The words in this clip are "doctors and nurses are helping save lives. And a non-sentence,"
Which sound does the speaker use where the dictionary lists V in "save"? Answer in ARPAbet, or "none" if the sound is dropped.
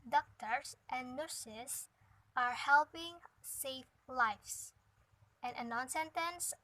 F